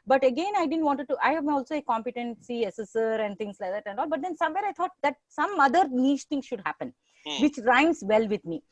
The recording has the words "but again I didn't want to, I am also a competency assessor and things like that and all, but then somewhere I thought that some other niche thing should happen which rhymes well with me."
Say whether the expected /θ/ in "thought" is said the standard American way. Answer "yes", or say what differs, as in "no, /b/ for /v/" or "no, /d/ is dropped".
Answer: no, /t/ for /θ/